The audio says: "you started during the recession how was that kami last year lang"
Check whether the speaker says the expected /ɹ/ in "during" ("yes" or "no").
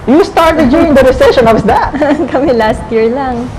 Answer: no